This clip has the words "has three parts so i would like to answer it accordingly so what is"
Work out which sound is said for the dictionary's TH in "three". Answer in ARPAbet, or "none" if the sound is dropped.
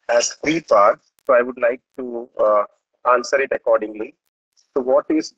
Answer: F